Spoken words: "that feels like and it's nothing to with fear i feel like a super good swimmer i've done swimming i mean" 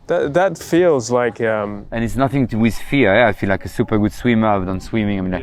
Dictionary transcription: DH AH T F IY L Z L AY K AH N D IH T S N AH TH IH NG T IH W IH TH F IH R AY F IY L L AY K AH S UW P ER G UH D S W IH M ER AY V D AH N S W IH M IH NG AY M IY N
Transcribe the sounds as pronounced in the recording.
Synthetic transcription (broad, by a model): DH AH T F IY L Z L AY K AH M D IH T S N AH TH IH NG T IH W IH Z F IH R AY F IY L L AY K AH S UW P ER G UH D S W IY M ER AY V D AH N S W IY M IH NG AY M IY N